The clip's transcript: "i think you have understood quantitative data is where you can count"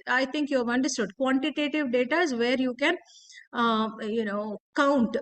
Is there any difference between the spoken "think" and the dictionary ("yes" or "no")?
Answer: yes